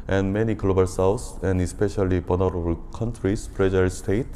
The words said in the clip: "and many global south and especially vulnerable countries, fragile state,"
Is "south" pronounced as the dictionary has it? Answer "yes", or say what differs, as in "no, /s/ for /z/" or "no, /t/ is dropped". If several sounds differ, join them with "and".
no, /s/ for /θ/